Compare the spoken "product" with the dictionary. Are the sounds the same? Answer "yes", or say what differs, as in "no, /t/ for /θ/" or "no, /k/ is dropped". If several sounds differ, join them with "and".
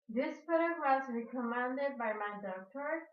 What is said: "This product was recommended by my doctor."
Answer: no, /ɹ/ is dropped and /k/ is dropped